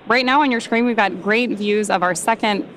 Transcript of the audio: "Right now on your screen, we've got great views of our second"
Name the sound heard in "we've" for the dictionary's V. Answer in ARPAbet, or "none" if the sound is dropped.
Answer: V